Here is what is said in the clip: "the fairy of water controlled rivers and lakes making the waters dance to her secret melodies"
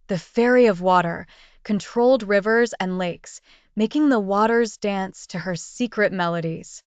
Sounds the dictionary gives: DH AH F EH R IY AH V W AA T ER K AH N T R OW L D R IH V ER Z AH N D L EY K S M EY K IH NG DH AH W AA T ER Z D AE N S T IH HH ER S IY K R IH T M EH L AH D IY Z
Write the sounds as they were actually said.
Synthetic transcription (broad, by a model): DH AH F EH R IY AH V W AA T ER K AH N T R OW L D R IH V ER Z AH N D L EY K S M EY K IH NG DH AH W AA T ER Z D AE N S T IH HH ER S IY K R IH T M EH L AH D IY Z